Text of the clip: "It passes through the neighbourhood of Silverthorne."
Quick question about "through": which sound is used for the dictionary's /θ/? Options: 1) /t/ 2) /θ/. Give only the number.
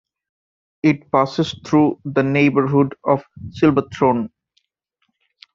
1